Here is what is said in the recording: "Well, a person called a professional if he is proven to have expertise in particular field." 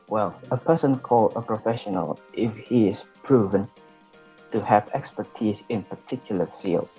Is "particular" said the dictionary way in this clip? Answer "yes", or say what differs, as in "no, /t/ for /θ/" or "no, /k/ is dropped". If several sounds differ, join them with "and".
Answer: yes